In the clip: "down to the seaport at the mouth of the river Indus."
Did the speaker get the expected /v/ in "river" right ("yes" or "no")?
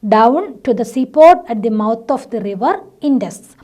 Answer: yes